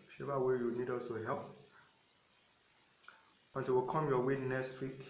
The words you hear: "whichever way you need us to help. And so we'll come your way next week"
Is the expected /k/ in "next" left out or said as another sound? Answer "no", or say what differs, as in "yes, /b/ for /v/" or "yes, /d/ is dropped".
yes, /k/ is dropped